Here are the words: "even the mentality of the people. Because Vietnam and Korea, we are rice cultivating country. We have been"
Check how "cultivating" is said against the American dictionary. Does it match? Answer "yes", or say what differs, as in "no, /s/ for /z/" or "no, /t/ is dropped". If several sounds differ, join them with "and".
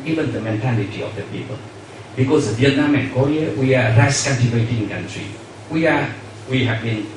no, /n/ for /l/